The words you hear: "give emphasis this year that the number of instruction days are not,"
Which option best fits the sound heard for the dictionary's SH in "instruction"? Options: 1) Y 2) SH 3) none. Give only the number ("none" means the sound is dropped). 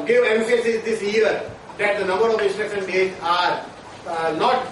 3